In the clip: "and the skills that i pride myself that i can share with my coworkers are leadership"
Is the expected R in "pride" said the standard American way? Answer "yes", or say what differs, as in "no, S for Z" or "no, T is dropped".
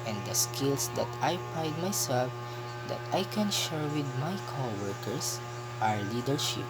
no, R is dropped